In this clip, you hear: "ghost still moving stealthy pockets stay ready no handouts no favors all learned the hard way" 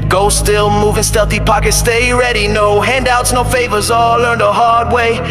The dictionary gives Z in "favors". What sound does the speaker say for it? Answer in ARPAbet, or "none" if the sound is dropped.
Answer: Z